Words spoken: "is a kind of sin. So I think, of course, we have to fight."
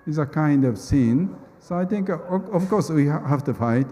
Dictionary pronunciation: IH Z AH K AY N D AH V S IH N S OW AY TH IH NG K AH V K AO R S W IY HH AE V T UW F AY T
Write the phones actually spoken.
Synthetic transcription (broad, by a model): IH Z AH K AY N D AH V S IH N S OW AY T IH NG K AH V K AO S W IY HH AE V T UW F AY T